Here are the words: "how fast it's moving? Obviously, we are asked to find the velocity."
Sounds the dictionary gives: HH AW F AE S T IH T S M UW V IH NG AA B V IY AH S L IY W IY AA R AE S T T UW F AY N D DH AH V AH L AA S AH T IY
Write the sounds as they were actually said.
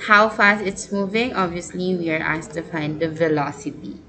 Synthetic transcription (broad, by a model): HH AW F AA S IH T S M UW V IH NG AA B V IY AH S L IY W IY AA R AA S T T UW F AY N D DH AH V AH L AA S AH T IY